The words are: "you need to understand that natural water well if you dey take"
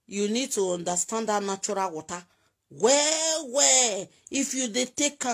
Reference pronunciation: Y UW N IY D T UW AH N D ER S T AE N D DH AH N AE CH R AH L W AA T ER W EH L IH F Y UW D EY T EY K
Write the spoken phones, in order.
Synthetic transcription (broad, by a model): Y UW N IY D T UW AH N D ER S T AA N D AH N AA CH R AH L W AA T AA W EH W IH F Y UW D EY T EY K